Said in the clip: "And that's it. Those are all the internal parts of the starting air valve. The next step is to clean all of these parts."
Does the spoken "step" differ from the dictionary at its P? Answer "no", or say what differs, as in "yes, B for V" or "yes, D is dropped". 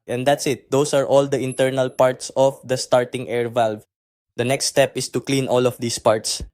no